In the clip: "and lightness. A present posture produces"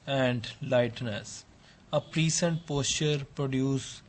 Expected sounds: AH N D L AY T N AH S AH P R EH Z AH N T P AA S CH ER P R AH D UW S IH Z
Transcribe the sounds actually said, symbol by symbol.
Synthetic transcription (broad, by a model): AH N D L AY T N AH S AH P R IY S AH N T P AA S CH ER P R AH D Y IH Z